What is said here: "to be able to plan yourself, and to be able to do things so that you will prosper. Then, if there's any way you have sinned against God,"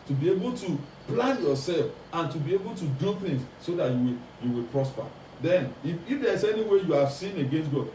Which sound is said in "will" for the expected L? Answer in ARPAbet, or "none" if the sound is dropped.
W